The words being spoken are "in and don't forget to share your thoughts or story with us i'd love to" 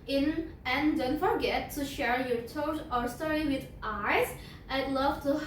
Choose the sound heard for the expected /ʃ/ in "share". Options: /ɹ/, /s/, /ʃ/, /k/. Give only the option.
/ʃ/